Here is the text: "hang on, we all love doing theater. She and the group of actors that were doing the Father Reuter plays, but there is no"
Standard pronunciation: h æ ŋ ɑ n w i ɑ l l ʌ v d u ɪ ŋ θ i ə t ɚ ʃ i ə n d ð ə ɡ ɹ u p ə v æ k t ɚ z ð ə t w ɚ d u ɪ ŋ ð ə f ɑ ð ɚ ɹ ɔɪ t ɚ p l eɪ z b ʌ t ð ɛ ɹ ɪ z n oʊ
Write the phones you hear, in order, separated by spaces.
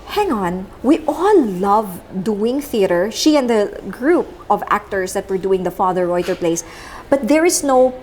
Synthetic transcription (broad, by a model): h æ ŋ ɑ n w i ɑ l l ʌ v d u ɪ ŋ θ i ə t ɚ ʃ i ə n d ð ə ɡ ɹ u p ə v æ k t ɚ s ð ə t w ɚ d u ɪ ŋ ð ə f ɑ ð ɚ ɹ ɔɪ t ɚ p l eɪ s b ʌ t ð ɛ ɹ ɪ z n oʊ